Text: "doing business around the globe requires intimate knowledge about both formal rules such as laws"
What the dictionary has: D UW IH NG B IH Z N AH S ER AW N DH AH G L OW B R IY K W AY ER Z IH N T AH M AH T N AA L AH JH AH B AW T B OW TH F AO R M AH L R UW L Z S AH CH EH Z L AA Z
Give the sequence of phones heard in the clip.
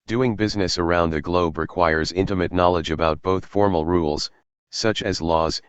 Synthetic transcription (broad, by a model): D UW IH NG B IH Z N AH S ER AW N DH AH G L OW B R IY K W AY ER Z IH N T AH M AH T N AA L AH JH AH B AW T B OW TH F AO R M L R UW L Z S AH CH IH Z L AA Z